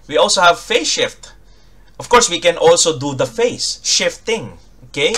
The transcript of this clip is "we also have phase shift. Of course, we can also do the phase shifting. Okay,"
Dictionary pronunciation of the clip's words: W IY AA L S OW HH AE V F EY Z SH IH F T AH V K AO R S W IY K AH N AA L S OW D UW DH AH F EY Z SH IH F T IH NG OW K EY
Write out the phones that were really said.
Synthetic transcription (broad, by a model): W IY AA L S OW HH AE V F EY SH IH F T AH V K AO R S W IY K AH N AA L S OW D UW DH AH F EY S SH IH F T IH NG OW K EY